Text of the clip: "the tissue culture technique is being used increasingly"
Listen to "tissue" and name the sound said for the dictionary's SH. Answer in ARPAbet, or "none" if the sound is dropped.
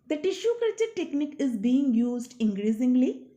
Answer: SH